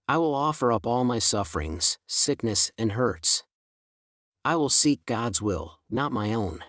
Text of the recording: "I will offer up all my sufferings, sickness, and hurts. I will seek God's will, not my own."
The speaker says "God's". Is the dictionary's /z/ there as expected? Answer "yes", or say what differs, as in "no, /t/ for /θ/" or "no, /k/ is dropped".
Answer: yes